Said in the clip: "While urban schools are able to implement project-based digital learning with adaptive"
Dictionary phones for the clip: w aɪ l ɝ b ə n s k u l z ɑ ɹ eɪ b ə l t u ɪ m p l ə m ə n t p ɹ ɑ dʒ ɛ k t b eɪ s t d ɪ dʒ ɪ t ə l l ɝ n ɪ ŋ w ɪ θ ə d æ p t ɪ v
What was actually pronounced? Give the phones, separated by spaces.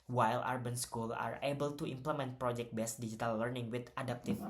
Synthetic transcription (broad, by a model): w aɪ l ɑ b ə n s k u l ɑ ɹ eɪ b ə l t u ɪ m p l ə m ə n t p ɹ ɑ dʒ ɛ k t b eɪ s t d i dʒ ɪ t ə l l ɝ n ɪ ŋ w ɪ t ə d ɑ p t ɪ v